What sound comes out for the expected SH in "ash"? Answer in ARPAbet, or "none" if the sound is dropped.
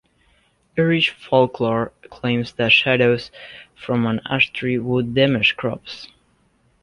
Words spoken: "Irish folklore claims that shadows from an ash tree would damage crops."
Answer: S